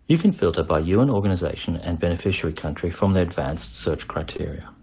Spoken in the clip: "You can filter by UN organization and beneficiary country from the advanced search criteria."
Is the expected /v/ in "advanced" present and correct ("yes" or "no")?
yes